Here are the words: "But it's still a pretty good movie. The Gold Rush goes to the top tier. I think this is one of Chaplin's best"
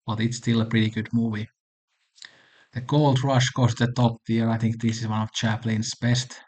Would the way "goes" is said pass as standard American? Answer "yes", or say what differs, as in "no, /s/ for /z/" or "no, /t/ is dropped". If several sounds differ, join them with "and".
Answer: no, /s/ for /z/